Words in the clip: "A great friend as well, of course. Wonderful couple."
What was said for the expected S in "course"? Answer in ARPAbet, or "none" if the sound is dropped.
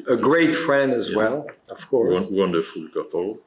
none